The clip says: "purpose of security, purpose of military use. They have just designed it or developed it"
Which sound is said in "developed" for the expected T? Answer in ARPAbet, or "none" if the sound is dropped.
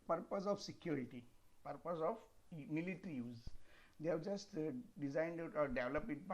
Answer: none